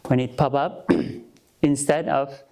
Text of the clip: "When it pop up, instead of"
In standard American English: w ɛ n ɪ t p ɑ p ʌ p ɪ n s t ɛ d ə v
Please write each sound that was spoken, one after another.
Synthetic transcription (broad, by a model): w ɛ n ɪ t p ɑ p ʌ p ɪ n s t ɛ d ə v